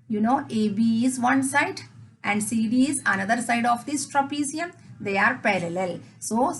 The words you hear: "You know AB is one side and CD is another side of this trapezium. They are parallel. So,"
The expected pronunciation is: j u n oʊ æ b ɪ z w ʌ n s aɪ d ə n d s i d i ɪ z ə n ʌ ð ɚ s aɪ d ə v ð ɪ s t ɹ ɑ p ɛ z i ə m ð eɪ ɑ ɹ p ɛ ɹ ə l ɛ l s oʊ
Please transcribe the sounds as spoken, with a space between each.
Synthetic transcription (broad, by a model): j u n oʊ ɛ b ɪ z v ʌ n s aɪ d ə n d s i d i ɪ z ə n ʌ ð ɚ s aɪ d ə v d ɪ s t ɹ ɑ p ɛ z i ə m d eɪ ɑ ɹ p ɛ ɹ ə l ɛ l s oʊ